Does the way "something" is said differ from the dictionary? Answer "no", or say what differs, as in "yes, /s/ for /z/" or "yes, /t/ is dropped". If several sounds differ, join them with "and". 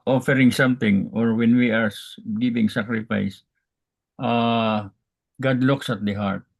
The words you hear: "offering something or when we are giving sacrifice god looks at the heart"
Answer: yes, /t/ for /θ/